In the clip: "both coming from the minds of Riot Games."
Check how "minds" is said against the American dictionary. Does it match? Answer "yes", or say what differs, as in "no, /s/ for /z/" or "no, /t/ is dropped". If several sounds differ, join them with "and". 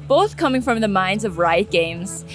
yes